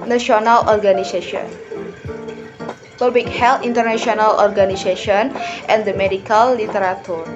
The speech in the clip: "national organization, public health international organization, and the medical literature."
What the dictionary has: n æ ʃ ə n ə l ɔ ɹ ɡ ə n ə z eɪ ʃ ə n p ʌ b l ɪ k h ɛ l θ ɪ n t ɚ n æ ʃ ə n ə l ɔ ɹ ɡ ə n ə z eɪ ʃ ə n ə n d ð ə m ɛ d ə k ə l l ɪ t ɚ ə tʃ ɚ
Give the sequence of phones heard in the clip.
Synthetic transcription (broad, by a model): n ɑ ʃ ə n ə l ɔ ɹ ɡ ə n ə s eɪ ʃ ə n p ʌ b ɪ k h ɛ l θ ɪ n t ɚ n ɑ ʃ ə n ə l ɔ ɹ ɡ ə n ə s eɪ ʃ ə n ə n d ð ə m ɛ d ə k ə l l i t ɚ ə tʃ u